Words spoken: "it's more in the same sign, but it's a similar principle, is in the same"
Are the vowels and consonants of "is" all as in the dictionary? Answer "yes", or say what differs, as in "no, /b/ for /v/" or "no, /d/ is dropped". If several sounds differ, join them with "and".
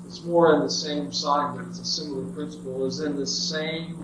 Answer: yes